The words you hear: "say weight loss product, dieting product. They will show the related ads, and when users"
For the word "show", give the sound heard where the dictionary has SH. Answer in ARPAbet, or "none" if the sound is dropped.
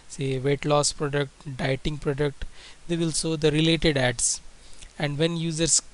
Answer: S